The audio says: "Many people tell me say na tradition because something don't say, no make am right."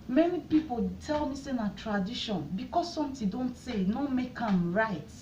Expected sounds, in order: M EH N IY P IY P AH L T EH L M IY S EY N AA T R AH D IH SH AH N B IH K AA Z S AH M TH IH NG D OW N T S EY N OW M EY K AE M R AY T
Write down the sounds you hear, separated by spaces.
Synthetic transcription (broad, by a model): M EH N IY P IY P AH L T EH L M IY S EY N AA T R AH D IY SH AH N B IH K AA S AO M T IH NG D OW N T S EY N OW M EY K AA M R AY T